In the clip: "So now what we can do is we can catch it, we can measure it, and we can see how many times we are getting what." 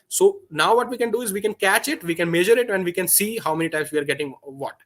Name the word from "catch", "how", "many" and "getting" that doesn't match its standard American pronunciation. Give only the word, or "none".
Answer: none